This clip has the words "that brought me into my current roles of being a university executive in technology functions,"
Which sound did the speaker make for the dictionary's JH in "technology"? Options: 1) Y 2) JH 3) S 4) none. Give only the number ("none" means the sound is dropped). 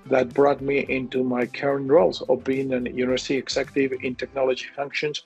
2